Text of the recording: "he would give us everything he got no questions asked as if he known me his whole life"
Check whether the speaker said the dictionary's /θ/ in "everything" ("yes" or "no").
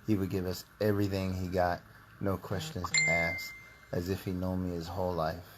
yes